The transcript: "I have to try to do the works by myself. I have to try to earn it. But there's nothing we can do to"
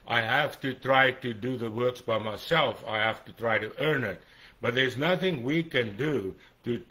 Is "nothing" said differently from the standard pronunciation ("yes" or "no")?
no